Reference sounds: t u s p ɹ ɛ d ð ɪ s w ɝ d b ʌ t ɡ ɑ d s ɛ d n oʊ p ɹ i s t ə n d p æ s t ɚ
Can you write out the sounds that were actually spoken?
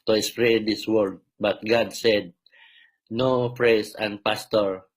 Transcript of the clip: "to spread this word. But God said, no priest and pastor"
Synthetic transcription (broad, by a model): t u s p ɹ ɛ d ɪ s w ɝ d b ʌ t ɡ ɑ d s ɛ d n oʊ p ɹ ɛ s ə n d p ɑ s t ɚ